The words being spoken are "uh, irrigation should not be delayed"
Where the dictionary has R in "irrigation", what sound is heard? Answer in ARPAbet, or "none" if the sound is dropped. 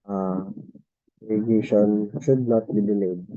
L